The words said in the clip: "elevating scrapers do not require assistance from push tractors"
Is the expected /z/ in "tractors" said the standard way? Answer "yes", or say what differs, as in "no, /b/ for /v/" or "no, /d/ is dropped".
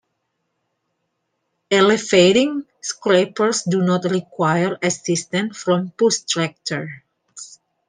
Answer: no, /z/ is dropped